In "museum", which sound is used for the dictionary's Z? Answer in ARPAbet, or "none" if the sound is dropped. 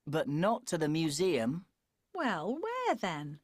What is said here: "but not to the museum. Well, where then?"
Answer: Z